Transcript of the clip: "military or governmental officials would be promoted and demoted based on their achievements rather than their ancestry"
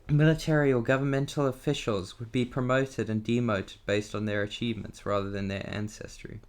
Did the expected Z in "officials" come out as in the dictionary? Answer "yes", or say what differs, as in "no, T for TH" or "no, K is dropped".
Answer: yes